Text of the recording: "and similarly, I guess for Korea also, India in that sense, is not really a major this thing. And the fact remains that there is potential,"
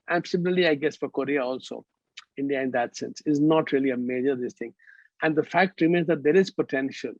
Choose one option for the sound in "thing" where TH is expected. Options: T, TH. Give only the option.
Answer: T